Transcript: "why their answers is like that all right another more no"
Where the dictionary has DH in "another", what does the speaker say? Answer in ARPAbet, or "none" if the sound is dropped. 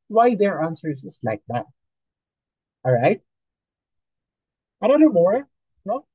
none